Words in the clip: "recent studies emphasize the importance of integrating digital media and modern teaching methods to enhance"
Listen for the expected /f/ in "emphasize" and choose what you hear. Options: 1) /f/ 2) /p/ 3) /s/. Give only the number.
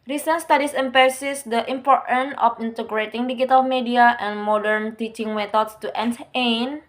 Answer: 2